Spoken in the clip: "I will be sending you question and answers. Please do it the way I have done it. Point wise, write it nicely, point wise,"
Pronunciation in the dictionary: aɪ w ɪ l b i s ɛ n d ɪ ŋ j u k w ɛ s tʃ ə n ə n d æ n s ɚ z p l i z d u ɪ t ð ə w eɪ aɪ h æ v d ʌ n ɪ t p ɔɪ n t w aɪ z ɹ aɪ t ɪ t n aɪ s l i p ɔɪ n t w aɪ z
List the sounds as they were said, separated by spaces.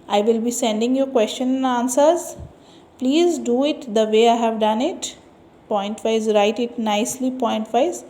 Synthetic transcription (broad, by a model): aɪ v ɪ l b i s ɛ n d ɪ ŋ j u k w ɛ s tʃ ə n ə n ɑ n s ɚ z p l i z d u ɪ t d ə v eɪ aɪ h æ v d ʌ n ɪ t p ɔɪ n t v aɪ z ɹ aɪ t ɪ t n aɪ s l i p ɔɪ n t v aɪ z